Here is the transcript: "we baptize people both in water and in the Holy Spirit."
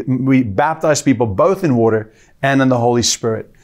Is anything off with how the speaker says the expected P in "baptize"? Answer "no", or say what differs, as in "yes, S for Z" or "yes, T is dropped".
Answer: no